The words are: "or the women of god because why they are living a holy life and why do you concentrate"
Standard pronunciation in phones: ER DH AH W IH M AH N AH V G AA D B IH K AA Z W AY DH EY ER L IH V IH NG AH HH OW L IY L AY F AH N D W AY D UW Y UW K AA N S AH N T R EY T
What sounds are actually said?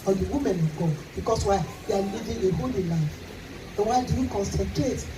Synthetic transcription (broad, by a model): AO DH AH W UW M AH N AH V G AA D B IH K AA S W AY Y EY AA L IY V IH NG AH HH OW L IY L AY F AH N W AY D UW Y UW K AA N S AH N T R EY T